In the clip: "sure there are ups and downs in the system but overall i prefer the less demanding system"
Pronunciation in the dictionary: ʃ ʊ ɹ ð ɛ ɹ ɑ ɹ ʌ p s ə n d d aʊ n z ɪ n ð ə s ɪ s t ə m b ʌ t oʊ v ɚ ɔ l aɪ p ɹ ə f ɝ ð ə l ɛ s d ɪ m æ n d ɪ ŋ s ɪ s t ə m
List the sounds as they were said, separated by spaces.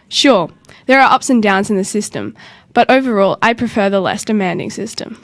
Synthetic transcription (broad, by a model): ʃ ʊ ɹ ð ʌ ɹ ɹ ʌ p s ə n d d aʊ n z ɪ n ð ə s ɪ s t ə m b ʌ t oʊ v ɚ ɔ l aɪ p ɹ ə f ɝ ð ə l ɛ s d ɪ m æ n d ɪ ŋ s ɪ s t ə m